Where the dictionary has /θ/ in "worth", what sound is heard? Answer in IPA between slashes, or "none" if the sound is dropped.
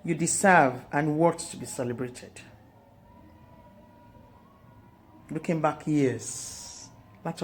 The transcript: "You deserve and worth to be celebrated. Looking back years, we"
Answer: /t/